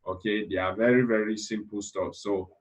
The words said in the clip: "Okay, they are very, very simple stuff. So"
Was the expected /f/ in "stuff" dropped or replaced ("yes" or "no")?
yes